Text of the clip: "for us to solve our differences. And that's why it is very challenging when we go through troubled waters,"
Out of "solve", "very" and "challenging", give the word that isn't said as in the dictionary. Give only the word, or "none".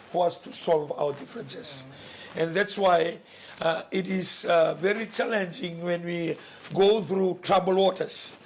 none